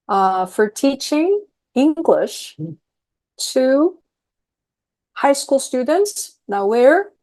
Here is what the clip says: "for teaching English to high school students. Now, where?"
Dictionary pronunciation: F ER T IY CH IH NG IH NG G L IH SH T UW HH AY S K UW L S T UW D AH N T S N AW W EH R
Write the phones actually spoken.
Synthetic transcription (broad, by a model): F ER T IY CH IH NG IH NG G L IH SH T UW HH AY S K UW L S T UW D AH N T S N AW W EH R